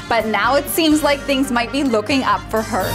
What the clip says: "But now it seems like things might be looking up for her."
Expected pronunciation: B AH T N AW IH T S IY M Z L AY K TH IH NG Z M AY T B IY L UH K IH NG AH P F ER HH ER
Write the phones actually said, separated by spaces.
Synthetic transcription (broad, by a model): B AH T N AW IH T S IY M Z L AY K TH IH NG Z M AY T B IY L UH K IH NG AH P F ER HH ER